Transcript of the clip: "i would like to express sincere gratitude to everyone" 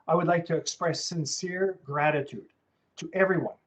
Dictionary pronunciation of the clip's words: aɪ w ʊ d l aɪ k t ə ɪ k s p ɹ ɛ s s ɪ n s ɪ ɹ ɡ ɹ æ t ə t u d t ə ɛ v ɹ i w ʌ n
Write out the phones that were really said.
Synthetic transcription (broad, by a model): aɪ w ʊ d l aɪ k t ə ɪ k s p ɹ ɛ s s ɪ n s ɪ ɹ ɡ ɹ æ t ə t u d t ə ɛ v ɹ i w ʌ n